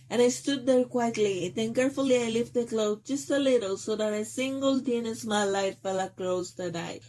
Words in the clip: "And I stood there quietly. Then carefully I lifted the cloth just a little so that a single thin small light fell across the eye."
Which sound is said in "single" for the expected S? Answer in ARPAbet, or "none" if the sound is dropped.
S